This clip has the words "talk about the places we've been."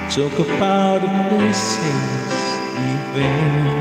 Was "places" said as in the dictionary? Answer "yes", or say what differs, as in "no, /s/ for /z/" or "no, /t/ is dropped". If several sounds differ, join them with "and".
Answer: no, /l/ is dropped